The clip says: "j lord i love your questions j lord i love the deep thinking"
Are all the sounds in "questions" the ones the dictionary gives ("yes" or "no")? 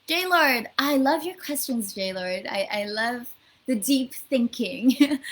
yes